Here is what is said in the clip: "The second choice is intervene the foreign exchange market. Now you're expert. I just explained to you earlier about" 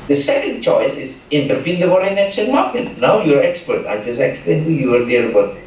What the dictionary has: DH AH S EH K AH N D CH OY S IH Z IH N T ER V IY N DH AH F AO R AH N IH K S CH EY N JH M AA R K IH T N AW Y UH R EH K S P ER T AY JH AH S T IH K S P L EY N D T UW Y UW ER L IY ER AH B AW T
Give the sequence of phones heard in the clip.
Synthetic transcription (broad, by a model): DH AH S EH K AH N D CH OY S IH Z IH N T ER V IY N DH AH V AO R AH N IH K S EY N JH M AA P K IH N N AW Y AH R EH K S P ER T AY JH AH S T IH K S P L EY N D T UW Y UW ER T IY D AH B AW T